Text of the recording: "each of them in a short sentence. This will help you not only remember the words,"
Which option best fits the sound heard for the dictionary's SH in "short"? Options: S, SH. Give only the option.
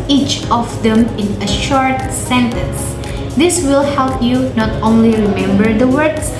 SH